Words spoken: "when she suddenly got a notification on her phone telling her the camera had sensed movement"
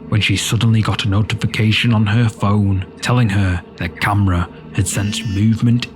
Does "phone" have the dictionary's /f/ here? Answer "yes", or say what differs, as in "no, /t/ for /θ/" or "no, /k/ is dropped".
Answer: yes